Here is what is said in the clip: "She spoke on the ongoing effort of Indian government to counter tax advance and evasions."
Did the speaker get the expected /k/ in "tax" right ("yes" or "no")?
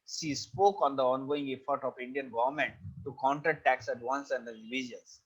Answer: yes